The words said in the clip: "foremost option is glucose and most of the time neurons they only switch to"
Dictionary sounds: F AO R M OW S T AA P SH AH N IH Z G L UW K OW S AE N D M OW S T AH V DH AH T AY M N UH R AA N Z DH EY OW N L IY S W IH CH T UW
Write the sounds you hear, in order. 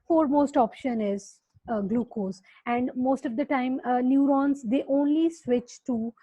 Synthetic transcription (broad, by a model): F AO R M OW S T AA P SH AH N IH Z G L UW K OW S AE N D M OW S T AH V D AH T AY M N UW R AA N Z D EY OW N L IY S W IH CH T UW